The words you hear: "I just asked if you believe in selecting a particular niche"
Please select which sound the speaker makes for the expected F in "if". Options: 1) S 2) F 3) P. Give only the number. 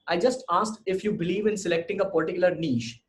2